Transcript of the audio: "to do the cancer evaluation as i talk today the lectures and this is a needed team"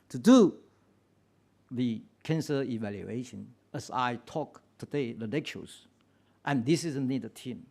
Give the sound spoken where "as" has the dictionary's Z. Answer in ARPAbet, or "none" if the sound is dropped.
S